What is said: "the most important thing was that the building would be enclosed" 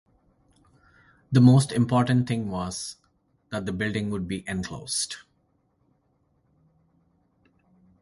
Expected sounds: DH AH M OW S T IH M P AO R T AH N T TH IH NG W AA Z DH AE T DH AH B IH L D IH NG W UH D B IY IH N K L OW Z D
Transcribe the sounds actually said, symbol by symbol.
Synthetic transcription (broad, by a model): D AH M OW S T IH M P AO R T AH N T T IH NG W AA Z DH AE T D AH B IH L D IH NG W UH D B IY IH N K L OW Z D